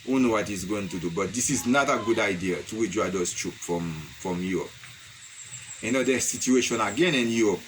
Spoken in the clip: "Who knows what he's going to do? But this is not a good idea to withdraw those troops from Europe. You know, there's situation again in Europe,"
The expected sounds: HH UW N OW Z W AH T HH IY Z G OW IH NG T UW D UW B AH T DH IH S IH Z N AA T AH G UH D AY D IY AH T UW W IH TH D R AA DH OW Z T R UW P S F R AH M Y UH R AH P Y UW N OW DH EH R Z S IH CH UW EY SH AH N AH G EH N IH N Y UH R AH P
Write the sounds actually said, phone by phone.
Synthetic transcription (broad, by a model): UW N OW W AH T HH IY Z G OW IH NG T UW D UW B AH T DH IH S IH Z N AA T AH G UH D AY D IY AH T UW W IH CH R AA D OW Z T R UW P F R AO M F R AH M Y UW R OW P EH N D S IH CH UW EY SH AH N AH G EH N IH N Y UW R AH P